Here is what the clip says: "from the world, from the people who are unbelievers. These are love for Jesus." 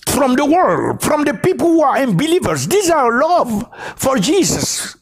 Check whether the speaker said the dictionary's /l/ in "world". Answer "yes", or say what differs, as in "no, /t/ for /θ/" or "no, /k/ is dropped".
yes